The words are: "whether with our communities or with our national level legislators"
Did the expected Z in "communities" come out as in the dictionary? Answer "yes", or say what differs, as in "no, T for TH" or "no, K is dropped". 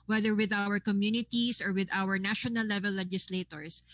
no, S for Z